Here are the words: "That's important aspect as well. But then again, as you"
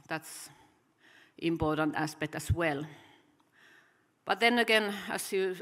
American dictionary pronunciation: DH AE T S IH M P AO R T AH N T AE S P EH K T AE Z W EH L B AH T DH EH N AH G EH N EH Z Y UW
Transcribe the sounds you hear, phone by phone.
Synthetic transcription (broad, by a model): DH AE T S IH M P AO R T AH N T AE S P EH K T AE S W EH L B AH T DH EH N AH G EH N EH S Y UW